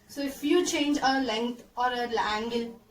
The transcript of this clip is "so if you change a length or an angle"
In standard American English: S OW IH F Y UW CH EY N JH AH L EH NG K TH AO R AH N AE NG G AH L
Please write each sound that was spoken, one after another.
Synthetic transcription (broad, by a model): S OW IH F Y UW CH EY N JH AH L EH NG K T AO R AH L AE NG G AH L